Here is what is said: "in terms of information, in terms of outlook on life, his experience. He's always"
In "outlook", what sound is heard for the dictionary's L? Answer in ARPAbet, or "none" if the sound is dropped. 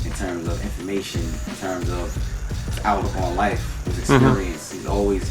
none